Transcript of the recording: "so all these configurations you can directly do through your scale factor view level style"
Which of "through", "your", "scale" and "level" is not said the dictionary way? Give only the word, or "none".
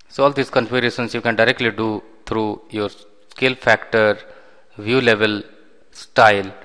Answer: through